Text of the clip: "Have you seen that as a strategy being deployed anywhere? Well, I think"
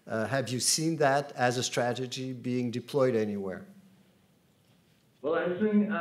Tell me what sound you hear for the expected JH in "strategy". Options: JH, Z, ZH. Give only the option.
JH